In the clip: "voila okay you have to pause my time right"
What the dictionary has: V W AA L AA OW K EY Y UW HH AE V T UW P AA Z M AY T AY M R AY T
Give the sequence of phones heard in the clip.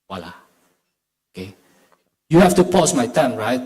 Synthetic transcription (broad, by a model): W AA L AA OW K EY Y UW HH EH F T UW P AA S M AY T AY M R AY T